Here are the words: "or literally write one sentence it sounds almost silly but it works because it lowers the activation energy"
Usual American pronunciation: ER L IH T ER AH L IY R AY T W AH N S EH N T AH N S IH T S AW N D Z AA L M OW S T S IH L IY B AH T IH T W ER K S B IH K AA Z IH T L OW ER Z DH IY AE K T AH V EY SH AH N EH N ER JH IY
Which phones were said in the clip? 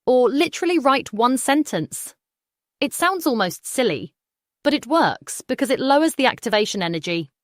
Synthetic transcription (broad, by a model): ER L IH T ER AH L IY R AY T W AH N S EH N T AH N S IH T S AW N D Z AA L M OW S T S IH L IY B AH T IH T W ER K S B IH K AA Z IH T L OW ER Z DH IY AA K T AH V EY SH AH N EH N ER JH IY